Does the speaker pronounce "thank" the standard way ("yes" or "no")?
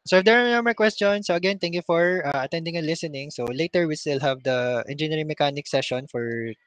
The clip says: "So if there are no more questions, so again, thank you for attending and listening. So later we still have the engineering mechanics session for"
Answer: no